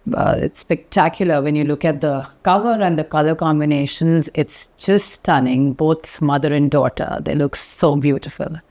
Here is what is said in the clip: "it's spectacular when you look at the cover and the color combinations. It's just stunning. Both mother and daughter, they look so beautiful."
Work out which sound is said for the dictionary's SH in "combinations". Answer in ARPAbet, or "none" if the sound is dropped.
SH